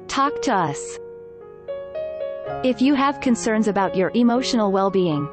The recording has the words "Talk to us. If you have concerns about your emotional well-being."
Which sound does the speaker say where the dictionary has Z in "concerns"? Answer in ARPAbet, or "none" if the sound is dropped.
Z